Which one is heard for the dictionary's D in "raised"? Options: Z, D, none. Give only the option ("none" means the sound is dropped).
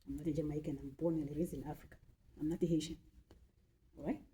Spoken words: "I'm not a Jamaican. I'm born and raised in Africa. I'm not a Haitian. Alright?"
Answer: none